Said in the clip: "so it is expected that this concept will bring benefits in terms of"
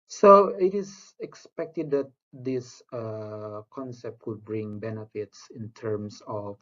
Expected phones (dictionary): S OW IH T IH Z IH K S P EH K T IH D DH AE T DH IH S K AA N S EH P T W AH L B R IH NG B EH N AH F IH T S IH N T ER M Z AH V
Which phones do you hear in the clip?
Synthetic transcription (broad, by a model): S OW IH T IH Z IH K S P EH K T IH D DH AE T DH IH S K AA N S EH P T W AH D B R IH NG B EH N AH F IH T S IH N T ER M S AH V